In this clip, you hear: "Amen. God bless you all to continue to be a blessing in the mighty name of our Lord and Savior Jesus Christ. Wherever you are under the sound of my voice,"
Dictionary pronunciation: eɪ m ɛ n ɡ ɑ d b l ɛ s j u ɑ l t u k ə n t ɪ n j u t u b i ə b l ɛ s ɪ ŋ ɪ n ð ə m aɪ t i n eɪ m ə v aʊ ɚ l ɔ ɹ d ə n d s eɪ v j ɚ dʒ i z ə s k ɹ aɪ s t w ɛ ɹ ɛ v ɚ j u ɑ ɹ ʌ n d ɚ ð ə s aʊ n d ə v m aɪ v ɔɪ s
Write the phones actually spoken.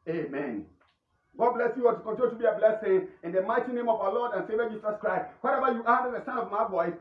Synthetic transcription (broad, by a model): eɪ m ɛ n ɡ ɑ d b l ɛ s j u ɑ t u k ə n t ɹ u t u b i ə b l ɛ s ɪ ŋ ɪ n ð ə m aɪ t i n eɪ m ə v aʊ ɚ l ɔ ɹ d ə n s eɪ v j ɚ dʒ i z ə s k ɹ aɪ s t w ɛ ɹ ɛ v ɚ j u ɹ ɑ d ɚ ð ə s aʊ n ə v m aɪ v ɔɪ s